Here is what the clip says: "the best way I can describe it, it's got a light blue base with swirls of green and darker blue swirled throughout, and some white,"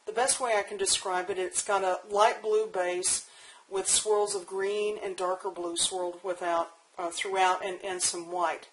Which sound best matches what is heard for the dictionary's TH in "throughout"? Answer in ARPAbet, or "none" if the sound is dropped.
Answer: TH